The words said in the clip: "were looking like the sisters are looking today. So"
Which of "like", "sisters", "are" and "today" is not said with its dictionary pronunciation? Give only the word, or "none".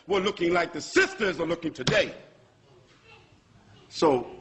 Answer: none